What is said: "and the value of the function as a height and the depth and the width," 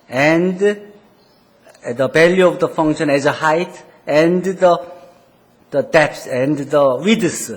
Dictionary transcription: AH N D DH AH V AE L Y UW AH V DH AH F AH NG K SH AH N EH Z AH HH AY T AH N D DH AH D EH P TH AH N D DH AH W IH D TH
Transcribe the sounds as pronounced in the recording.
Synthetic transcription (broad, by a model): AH N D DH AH B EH L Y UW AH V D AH F AH NG K SH AH N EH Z AH HH AY T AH N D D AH D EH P S AH N D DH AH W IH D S